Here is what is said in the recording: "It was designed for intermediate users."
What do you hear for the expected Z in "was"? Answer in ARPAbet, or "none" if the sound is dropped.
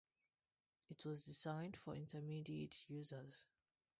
Z